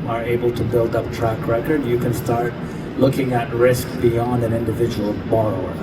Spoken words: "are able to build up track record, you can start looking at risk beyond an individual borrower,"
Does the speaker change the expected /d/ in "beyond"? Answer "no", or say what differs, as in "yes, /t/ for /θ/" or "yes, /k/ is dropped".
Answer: no